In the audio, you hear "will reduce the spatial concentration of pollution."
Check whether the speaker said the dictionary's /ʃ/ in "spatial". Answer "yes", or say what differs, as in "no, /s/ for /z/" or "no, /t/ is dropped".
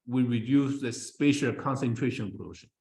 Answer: yes